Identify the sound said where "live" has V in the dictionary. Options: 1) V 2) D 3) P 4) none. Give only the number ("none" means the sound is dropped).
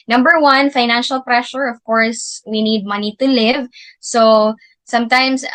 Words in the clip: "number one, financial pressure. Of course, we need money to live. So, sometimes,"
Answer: 1